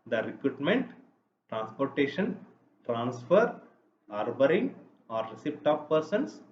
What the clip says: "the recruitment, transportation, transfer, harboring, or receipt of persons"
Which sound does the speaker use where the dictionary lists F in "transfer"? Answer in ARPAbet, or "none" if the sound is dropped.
F